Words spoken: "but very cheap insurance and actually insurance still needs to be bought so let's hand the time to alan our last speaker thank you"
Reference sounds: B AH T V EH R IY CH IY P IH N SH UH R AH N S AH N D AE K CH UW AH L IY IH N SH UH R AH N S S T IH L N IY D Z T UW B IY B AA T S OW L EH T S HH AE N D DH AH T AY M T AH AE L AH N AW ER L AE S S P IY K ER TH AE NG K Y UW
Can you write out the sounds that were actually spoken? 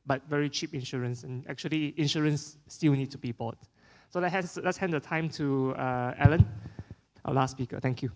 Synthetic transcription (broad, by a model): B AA T V EH R IY CH IY P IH N SH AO R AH N S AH N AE K CH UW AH L IY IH N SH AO R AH N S S T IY L N IY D T UW B IY B AA T S OW L EH T S HH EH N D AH T AY M T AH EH L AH N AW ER L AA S S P IY K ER T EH NG K Y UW